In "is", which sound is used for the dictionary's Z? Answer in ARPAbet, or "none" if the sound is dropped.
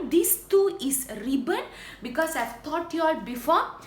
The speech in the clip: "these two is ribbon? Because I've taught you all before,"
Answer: S